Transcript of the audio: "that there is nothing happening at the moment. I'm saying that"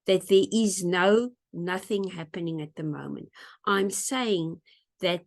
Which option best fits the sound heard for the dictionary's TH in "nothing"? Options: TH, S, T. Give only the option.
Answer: TH